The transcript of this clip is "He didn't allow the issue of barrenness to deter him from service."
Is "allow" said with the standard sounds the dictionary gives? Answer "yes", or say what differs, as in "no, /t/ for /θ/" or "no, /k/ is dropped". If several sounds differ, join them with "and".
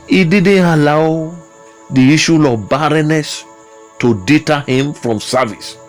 yes